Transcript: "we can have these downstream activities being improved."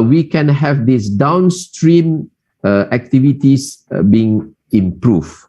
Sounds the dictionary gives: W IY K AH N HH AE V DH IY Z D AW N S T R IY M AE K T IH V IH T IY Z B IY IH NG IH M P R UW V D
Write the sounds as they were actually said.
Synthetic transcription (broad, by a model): W IY K AH N HH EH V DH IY S D AW N S T R IY M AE K T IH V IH T IY S B IY IH NG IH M P R UW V